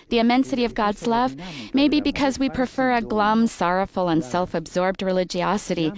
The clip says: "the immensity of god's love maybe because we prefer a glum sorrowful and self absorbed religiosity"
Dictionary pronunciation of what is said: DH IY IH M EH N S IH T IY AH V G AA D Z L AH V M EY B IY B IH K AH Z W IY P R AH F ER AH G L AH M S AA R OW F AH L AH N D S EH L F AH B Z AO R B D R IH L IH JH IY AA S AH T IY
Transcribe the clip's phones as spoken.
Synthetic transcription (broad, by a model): DH IY IH M EH N S IH T IY AH V G AA D Z L AH V M EY B IY B IH K AH Z W IY P R AH F ER AH G L AH M S AA R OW F L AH N S EH L F AH B Z AO R B D R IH L IH JH IY AA S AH T IY